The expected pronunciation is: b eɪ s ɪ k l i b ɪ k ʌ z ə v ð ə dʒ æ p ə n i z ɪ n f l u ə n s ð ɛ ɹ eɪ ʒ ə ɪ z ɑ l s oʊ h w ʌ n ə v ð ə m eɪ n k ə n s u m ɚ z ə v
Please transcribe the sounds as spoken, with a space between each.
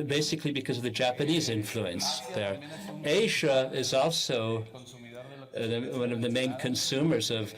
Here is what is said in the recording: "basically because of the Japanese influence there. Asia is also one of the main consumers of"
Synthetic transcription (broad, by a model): b eɪ s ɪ k l i b ɪ k ʌ z ə v ð ə dʒ æ p ə n i z ɪ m f l u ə n s ð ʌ ɹ eɪ ʒ ə ɪ z ɑ l s oʊ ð w ʌ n ə v ð ə m eɪ n k ə n s u m ɚ z ə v